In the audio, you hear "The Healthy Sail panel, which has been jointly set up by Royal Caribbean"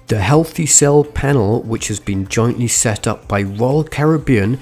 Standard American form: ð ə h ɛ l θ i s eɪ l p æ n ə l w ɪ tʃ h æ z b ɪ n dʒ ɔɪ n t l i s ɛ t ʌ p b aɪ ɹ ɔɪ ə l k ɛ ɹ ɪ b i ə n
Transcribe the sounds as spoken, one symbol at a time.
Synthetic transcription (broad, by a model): ð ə h ɛ l θ i s eɪ l p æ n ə l w ɪ tʃ h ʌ z b ɪ n dʒ ɔɪ n t l i s ɛ t ʌ p b aɪ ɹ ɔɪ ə l k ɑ ɹ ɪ b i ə n